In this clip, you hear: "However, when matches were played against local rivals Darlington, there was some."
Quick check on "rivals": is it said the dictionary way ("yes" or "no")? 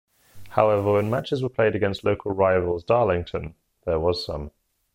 yes